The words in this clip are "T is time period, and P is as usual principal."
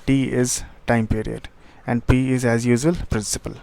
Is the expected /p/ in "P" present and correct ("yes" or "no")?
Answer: yes